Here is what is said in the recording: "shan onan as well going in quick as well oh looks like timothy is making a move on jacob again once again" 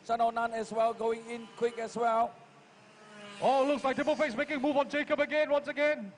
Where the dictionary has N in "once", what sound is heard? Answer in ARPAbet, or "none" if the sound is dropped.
N